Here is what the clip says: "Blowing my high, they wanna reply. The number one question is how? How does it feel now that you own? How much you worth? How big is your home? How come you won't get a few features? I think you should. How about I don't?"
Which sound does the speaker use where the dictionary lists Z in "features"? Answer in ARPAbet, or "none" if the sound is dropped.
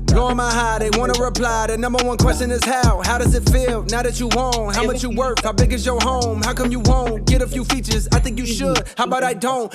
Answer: Z